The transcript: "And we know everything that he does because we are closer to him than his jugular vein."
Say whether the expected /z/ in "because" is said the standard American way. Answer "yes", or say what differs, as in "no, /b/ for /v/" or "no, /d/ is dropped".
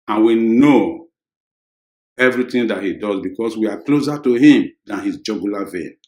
no, /s/ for /z/